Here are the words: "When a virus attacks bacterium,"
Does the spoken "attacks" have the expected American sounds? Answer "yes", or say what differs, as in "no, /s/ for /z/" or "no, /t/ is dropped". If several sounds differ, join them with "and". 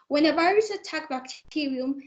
no, /s/ is dropped